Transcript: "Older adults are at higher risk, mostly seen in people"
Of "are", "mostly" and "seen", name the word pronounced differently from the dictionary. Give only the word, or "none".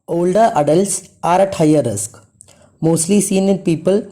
none